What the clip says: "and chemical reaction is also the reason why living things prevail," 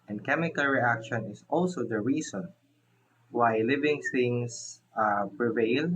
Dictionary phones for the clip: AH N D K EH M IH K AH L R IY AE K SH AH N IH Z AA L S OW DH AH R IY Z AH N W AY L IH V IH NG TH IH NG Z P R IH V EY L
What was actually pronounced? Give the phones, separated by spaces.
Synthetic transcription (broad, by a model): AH N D K EH M IH K AH L R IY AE K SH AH N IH S AA L S OW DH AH R IY S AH N W AY L IH V IH NG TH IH NG S P R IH V EY L